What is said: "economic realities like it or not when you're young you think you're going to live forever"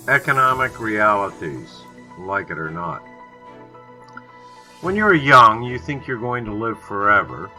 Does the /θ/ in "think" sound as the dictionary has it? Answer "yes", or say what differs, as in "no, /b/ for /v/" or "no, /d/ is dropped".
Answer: yes